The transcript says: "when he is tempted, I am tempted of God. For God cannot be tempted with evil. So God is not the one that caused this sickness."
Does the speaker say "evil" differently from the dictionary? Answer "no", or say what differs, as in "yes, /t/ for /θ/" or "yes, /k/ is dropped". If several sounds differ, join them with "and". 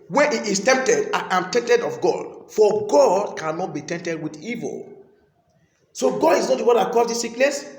no